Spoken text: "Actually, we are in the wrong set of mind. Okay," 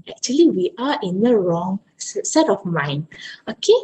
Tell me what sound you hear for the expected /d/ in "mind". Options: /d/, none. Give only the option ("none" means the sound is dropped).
none